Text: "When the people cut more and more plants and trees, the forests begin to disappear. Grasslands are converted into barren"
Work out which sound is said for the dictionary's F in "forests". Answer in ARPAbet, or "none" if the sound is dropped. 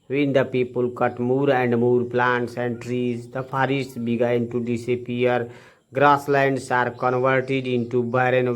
P